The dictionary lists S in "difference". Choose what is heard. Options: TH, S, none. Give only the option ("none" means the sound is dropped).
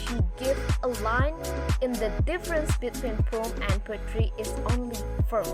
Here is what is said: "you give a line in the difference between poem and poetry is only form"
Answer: S